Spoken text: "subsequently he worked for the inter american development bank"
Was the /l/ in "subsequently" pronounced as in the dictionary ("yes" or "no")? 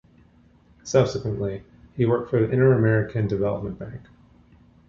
yes